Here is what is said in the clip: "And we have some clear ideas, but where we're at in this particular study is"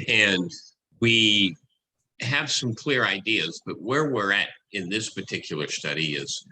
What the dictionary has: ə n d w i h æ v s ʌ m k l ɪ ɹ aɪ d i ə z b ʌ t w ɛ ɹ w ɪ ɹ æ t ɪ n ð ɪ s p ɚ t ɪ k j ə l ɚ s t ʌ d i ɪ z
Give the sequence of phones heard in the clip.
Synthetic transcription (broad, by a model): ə n w i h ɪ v s ʌ m k l ɪ ɹ aɪ d i ə z b ʌ t w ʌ ɹ w ɪ ɹ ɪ t ɪ n ð ɪ s p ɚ t ɪ k j l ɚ s t ʌ d i ɪ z